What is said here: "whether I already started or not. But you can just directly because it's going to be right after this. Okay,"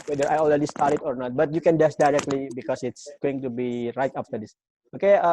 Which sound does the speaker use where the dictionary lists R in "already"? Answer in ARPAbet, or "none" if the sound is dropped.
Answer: L